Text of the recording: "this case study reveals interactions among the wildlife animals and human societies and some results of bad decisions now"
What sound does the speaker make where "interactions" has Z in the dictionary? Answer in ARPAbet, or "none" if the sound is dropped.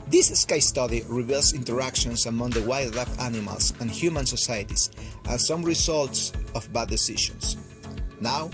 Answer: S